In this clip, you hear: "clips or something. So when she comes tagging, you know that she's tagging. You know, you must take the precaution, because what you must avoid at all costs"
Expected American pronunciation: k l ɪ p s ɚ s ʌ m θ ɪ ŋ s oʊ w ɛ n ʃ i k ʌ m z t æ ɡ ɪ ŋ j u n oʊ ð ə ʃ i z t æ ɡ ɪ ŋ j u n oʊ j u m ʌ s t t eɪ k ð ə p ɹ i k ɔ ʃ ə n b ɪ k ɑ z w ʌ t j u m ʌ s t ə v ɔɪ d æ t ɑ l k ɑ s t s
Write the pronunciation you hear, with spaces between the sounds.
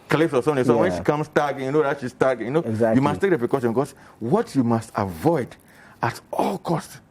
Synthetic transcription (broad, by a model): k l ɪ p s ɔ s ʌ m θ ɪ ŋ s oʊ w ɛ n ʃ i k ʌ m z t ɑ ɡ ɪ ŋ j u n oʊ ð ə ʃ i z t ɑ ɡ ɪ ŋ j u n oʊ j u m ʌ s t t eɪ k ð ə p ɹ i k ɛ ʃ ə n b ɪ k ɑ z w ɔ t j u m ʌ s t ə v ɔɪ d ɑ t ɑ l k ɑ s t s